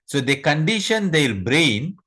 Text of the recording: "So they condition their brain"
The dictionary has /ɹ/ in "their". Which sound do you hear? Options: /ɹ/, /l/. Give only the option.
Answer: /l/